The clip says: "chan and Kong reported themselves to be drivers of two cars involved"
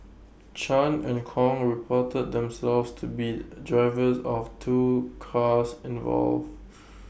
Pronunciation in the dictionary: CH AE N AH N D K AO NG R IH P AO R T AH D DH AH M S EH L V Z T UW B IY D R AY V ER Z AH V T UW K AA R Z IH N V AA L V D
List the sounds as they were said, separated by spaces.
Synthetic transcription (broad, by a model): CH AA N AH N K AO NG R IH P AO T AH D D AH M S EH L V S T UW B IY D R AY V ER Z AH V T UW K AA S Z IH N V AA L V